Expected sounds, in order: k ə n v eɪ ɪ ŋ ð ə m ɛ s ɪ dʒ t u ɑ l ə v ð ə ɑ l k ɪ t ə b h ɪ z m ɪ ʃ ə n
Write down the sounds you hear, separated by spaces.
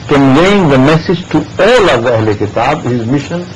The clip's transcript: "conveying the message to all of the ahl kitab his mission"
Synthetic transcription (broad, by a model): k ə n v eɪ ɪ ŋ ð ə m ɛ s ɪ dʒ t u ɑ l ə v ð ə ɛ l k ɪ t ə b h ɪ z m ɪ ʃ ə n